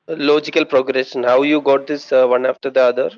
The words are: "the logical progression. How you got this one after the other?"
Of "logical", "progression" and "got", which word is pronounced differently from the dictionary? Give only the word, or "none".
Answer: progression